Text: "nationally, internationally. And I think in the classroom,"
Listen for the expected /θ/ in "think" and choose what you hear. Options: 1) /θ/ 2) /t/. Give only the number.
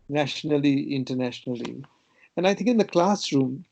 2